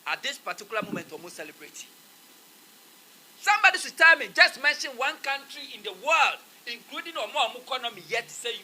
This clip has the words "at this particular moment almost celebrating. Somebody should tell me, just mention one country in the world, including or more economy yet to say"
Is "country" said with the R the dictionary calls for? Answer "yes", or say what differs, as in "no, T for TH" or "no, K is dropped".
yes